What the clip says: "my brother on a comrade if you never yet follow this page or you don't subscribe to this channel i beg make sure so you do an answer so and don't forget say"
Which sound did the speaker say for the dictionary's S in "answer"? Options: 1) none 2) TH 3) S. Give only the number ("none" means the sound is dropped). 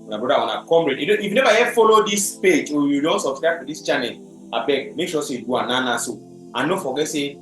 1